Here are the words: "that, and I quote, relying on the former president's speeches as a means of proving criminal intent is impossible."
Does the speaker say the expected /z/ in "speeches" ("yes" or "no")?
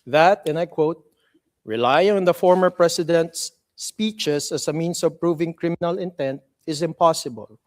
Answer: no